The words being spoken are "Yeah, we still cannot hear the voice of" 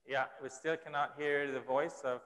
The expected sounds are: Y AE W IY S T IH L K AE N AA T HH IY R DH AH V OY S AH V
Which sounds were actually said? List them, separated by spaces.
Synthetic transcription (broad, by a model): Y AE W IY S T IH L K AE N AA T HH IY R DH AH V OY S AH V